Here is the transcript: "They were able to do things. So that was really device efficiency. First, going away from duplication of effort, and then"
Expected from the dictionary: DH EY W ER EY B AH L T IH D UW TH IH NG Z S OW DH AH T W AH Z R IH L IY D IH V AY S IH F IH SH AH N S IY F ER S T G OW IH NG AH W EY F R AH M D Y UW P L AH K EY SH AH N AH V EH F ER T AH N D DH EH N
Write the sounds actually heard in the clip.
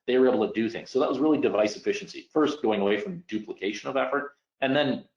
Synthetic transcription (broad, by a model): DH EY W ER EY B L T IH D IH TH IH NG Z S OW DH AH T W AH Z R IH L IY D IH V AY S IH F IH SH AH N S IY F ER S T G OW IH NG AH W EY F R AH M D UW P L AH K EY SH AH N AH V EH F ER T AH N DH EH N